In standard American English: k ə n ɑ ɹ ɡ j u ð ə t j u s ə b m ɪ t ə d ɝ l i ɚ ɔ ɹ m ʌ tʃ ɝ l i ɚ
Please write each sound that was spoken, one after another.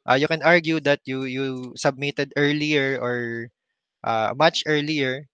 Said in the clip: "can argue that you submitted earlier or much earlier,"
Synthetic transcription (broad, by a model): k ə n ɑ ɹ ɡ j u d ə t j u s ə b m ɪ t ə d ɝ l i ɚ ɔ ɹ m ʌ tʃ ɝ l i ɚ